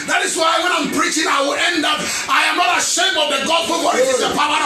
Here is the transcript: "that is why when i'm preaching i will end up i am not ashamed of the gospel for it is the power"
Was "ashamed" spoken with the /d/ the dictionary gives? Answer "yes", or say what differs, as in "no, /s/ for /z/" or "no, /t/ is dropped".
no, /d/ is dropped